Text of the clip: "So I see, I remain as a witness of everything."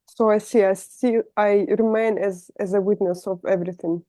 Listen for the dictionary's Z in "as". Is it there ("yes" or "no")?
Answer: yes